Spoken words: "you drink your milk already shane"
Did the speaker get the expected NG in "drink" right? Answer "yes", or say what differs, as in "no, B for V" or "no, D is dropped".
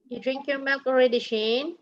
yes